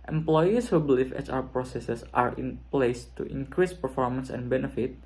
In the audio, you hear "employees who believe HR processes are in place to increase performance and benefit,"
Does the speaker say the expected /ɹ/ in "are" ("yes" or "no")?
yes